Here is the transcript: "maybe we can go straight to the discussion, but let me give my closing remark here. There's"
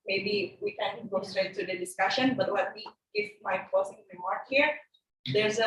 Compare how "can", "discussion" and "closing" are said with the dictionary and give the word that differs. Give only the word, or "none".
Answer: closing